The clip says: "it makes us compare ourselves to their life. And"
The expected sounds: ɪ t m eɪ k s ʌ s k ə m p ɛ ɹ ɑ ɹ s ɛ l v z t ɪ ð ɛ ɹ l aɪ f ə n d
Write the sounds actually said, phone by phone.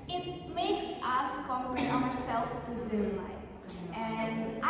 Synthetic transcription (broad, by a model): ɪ t m eɪ k s ʌ s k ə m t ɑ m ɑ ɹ s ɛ l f t ɪ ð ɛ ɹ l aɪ ə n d